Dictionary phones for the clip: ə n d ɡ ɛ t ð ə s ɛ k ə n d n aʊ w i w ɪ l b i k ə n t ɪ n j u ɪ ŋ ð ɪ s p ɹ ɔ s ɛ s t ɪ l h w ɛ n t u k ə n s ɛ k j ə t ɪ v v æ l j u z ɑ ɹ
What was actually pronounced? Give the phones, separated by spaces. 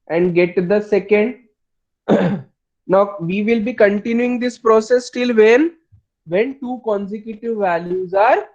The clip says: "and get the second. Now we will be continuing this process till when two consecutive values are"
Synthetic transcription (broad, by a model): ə n d ɡ ɛ t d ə s ɛ k ə n d n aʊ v i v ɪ l b i k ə n t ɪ n j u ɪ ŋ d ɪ s p ɹ ɔ s ɛ s t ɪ l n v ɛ n t u k ə n s ɛ k j ə t ɪ v v æ l j u z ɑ ɹ